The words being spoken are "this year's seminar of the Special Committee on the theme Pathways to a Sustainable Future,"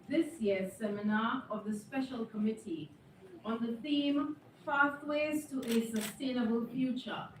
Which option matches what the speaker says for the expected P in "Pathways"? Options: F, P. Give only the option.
F